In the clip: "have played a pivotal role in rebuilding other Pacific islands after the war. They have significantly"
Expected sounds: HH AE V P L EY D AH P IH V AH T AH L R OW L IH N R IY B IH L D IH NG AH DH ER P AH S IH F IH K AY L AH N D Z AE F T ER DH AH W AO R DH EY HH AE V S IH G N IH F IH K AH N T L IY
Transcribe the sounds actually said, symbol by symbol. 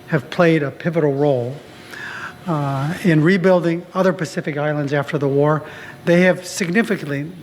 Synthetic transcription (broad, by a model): HH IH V P L EY D AH P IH V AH T L R OW L IH N R IY B IH L D IH NG AH DH ER P AH S IH F IH K AY L AH N D Z AE F T ER DH AH W AO R DH EY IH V S IH G N IH F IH K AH N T L IY